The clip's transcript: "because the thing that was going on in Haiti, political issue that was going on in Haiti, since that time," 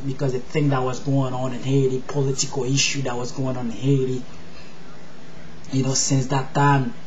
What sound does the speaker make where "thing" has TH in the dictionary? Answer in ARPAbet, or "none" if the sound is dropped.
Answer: TH